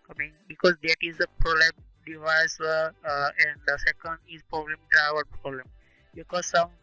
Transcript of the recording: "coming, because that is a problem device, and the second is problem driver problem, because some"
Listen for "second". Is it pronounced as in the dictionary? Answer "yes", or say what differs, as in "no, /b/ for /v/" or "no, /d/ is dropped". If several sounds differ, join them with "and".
yes